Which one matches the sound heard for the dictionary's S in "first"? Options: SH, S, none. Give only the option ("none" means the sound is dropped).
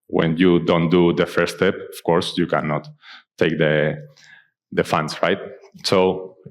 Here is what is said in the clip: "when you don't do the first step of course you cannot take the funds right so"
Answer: none